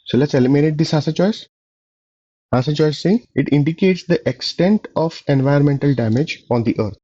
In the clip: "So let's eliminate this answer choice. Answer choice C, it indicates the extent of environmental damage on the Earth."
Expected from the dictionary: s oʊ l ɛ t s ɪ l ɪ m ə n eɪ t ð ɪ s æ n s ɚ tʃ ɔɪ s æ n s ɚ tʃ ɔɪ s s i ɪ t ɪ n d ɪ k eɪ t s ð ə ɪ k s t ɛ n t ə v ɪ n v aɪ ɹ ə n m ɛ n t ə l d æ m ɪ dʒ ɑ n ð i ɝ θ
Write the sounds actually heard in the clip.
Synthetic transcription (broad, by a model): s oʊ l ɛ t s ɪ l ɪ m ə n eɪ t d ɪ s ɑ s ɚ tʃ ɔɪ s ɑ s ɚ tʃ ɔɪ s s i ɪ t ɪ n d ɪ k eɪ t s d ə ɪ k s t ɛ n t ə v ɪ n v aɪ ə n m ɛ n t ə l d æ m ɪ dʒ ɑ n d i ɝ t